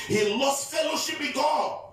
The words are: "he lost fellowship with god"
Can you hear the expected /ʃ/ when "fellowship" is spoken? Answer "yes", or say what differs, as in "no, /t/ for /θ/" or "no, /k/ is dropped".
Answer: yes